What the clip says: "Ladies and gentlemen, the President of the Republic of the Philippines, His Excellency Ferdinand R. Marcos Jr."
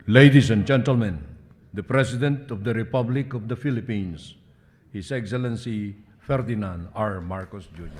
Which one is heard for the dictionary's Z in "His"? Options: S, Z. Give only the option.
S